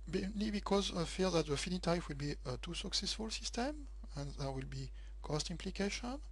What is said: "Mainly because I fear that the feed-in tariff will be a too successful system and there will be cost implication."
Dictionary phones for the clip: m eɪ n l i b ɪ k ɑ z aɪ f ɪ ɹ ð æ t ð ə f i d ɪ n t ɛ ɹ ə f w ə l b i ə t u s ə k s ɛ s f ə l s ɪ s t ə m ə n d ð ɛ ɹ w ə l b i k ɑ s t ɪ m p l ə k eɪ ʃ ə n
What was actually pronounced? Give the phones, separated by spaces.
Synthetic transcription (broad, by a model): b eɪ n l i b ɪ k ɑ z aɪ f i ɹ ð æ t ð ə f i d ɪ t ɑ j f w ə l b i ə t u s ə k s ɛ s f ə l s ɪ s t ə m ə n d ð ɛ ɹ w ə l b i k ɑ s t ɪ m p l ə k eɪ ʃ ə n